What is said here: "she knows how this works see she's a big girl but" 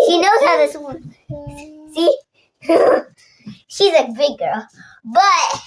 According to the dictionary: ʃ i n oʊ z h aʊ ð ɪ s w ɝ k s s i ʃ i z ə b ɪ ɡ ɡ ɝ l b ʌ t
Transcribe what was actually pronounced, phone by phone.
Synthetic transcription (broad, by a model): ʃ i n oʊ z h aʊ ð ɪ s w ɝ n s s i ʃ i z ə b ɪ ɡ ɡ ɝ l b ʌ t